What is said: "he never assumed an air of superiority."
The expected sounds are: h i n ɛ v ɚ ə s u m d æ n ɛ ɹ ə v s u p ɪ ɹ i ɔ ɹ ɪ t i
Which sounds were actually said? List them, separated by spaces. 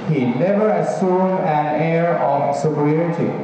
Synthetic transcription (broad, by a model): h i n ɛ v ɚ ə s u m æ n ɛ ɹ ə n s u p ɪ ɹ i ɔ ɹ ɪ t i